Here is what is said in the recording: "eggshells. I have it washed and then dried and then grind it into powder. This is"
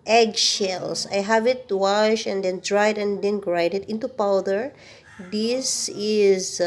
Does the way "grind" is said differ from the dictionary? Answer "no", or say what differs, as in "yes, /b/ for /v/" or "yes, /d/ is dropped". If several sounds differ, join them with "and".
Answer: yes, /n/ is dropped